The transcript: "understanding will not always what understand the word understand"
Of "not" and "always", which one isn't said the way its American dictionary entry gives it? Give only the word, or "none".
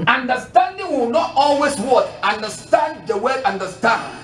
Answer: always